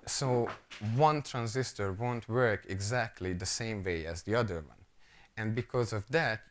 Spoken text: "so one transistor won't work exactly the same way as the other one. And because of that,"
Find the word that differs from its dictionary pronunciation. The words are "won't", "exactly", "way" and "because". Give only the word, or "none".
none